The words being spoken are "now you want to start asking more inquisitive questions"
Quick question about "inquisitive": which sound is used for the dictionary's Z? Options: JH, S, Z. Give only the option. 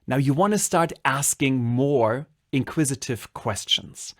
Z